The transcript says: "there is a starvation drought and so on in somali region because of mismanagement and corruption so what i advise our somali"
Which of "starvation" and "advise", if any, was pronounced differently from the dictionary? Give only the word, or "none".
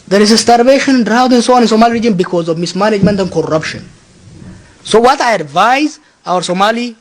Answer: none